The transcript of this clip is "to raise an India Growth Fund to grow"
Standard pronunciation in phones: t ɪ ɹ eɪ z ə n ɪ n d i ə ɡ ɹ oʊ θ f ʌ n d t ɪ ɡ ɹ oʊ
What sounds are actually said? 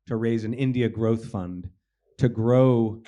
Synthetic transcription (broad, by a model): t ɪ ɹ eɪ z ə n ɪ n d i ə ɡ ɹ oʊ θ f ʌ n t ɪ ɡ ɹ oʊ